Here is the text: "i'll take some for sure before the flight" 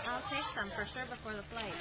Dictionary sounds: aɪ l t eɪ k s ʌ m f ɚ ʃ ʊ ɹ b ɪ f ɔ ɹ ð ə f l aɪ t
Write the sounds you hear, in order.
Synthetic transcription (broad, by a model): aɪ l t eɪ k s ʌ m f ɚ s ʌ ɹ b ɪ f ɔ ɹ ð ə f l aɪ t